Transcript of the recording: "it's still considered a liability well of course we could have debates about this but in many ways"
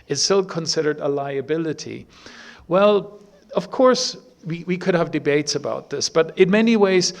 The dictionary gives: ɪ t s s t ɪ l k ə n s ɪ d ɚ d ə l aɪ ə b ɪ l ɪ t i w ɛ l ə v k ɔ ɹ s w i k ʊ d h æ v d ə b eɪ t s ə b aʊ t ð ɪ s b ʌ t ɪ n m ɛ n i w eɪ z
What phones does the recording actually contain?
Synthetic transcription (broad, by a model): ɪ t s s t ɪ l k ə n s ɪ d ɚ d ə l aɪ ə b ɪ l ɪ t i w ɛ l ə v k ɔ ɹ s w i k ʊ d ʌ v d ə b eɪ t s ə b aʊ t ð ɪ s b ʌ t ɪ n m ɛ n i w eɪ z